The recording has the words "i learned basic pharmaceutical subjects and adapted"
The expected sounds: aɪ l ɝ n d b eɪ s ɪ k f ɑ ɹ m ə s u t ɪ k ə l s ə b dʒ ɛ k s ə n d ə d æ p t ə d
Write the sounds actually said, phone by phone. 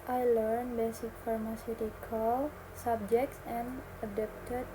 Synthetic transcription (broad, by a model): aɪ l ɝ n b eɪ s ɪ k f ɑ ɹ m ə s u t ɪ k ə l s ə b dʒ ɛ k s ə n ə d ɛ p t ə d